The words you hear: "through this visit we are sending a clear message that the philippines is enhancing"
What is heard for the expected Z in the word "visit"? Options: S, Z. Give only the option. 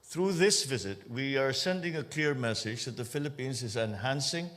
Z